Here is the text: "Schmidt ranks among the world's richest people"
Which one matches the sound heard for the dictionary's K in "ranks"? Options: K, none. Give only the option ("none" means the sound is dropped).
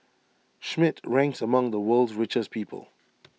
K